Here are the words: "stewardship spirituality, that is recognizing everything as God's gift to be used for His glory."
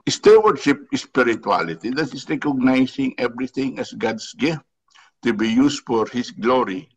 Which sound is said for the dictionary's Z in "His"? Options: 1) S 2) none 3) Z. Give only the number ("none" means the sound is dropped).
1